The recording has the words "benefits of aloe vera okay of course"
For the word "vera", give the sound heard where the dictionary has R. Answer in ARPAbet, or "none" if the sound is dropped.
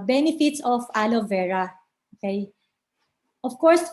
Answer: R